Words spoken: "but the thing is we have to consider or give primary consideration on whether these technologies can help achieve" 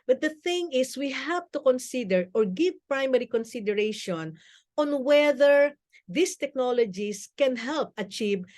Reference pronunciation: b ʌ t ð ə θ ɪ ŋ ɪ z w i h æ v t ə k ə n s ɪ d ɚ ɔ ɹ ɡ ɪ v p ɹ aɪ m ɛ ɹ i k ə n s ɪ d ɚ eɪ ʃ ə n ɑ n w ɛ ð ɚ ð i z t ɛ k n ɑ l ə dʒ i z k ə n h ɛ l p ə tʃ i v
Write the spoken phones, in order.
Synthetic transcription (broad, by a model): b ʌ t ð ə θ ɪ ŋ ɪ s w i h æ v t ə k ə n s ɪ d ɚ ɔ ɹ ɡ ɪ v p ɹ aɪ m ɛ ɹ i k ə n s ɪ d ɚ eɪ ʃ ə n ɑ n w ɛ ð ɚ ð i s t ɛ k n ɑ l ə dʒ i s k ə n h ɛ l p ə tʃ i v